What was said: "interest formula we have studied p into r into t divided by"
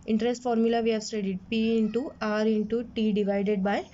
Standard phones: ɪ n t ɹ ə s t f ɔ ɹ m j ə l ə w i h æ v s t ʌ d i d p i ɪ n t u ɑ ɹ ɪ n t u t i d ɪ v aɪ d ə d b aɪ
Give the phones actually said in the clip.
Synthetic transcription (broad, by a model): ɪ n t ɹ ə s t f ɔ ɹ m j ə l ə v i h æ v s t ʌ d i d p i ɪ n t u ɑ ɹ ɪ n t u t i d ɪ v aɪ d ə d b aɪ